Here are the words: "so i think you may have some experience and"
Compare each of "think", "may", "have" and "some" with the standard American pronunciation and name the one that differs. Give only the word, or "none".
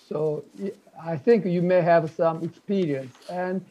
none